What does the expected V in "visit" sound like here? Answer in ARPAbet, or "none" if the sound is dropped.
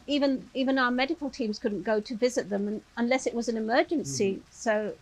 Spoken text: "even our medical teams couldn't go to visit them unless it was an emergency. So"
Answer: V